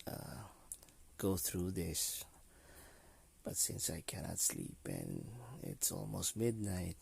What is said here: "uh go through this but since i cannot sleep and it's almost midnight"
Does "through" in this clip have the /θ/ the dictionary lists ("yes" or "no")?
yes